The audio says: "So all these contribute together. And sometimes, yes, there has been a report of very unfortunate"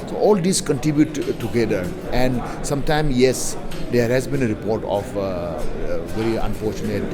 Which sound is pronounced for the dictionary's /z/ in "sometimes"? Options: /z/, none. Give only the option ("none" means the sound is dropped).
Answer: none